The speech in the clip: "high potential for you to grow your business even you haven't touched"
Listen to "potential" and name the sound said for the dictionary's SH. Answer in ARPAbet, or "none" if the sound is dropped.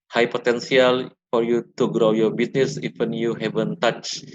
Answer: S